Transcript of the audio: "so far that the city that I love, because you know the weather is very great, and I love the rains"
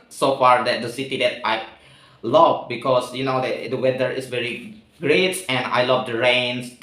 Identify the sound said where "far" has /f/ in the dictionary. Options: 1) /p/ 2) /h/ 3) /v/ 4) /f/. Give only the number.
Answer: 4